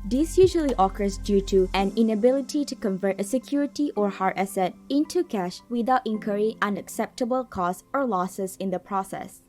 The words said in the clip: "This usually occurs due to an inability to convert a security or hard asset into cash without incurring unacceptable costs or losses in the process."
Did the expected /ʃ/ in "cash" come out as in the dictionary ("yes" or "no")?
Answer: yes